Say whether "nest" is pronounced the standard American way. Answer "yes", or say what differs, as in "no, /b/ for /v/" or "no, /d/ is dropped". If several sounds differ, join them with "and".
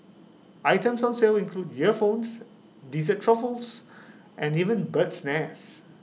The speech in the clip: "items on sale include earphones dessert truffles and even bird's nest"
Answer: no, /t/ is dropped